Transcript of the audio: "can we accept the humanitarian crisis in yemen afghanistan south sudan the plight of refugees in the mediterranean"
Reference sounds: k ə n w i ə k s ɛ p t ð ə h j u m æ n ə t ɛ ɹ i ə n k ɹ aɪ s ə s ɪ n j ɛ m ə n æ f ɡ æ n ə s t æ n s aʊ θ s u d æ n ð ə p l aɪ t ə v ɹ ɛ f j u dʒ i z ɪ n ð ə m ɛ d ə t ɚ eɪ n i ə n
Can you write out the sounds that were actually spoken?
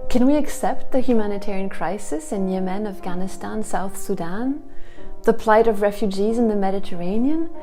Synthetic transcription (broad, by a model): k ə n w i ə k s ɛ p t ð ə h j u m æ n ə t ɛ ɹ i ə n k ɹ aɪ s ə s ɪ n j ɛ m ə n æ f ɡ æ n ə s t æ n s aʊ θ s u d æ n ð ə p l aɪ t ə v ɹ ɛ f j u dʒ i z ɪ n ð ə m ɛ d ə t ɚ eɪ n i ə n